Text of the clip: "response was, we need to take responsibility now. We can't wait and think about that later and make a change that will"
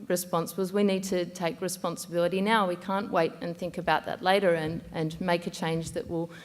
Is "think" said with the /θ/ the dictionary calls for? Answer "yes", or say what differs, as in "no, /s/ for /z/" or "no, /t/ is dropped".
yes